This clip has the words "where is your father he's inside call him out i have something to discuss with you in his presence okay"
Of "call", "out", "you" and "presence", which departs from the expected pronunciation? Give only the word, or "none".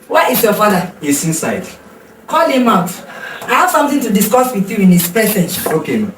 presence